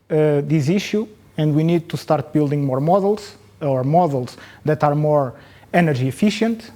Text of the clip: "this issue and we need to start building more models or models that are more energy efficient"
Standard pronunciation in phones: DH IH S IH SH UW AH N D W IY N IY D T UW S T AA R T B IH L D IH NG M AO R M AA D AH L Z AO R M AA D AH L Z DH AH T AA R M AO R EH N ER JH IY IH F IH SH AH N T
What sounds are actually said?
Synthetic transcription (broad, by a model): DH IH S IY SH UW AH N D W IY N IY D T UW S T AA R T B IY L D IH NG M AO R M AA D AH L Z AO R M AA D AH L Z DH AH T AA R M AO R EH N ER ZH IY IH F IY SH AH N T